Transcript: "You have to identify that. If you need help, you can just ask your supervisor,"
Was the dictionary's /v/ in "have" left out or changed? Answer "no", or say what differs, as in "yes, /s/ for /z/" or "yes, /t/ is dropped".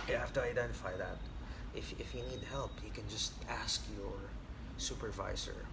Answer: yes, /f/ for /v/